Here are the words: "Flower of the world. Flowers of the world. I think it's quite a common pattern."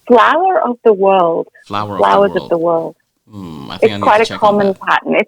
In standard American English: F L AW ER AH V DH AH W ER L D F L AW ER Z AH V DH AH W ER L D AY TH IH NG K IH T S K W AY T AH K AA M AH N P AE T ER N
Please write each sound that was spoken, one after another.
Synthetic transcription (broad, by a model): F L AW ER AH V DH AH W ER L D F L AW ER Z AH V DH AH W ER L D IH IH T S K W AY T AH K AA M AH N P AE T N